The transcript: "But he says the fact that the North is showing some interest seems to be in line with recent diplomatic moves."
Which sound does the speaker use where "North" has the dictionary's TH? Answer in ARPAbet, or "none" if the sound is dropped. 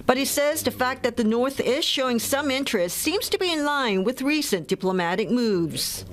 TH